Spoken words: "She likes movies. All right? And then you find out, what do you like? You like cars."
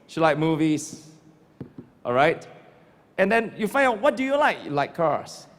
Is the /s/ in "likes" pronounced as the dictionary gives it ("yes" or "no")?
no